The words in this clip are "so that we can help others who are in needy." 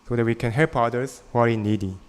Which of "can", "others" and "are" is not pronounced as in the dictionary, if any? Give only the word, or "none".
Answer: others